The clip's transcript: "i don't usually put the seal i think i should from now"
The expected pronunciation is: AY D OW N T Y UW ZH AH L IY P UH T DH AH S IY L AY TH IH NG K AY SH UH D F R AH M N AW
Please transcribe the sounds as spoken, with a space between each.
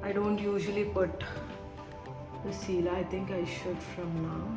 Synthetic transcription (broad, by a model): AY D OW N T Y UW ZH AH L IY P UH T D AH S IY L AY T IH NG K AY SH UH D F R AH M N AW